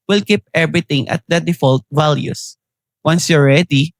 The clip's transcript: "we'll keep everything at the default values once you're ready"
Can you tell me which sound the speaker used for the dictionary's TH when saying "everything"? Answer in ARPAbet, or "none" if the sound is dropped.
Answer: T